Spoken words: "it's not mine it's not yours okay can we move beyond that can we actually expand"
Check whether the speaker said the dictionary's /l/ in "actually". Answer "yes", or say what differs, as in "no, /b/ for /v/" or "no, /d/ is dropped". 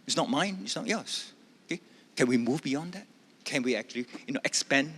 no, /n/ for /l/